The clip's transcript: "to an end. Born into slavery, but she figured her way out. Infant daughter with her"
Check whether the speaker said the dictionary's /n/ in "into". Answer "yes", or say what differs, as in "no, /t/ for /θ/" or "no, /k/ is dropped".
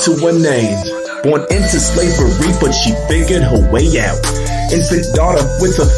yes